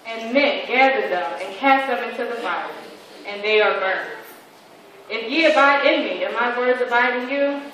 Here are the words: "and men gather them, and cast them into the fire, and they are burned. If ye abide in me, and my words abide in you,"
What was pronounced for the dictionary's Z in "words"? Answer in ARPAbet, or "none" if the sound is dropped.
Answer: Z